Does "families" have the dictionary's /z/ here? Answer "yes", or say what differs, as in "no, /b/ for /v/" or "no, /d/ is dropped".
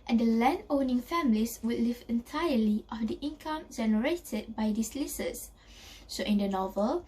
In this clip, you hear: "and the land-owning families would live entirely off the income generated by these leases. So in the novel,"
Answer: no, /s/ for /z/